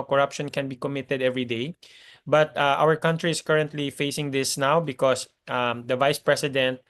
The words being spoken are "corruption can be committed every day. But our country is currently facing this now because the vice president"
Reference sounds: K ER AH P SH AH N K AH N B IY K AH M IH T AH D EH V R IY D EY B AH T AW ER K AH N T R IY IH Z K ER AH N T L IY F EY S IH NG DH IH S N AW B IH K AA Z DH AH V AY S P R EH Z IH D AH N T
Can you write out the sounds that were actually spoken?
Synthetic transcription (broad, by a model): K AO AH P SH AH N K AH N B IY K AH M IH T AH D EH V R IY D EY B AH T AW ER K AH N T R IY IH S K ER AH N T L IY F EY S IH NG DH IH S N AW B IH K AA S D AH V AY S P R EH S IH D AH N T